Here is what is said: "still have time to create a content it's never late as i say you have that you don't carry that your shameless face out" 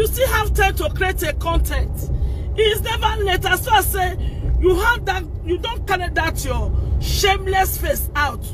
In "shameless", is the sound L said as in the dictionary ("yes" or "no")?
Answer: yes